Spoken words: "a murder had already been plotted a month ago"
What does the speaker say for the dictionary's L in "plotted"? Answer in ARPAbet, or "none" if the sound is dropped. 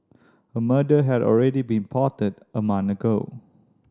none